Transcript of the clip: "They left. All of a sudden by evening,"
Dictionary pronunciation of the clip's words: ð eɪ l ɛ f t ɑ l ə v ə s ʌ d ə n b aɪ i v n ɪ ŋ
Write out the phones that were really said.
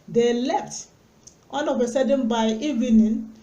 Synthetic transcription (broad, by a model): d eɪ l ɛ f t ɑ n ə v ə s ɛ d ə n b aɪ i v n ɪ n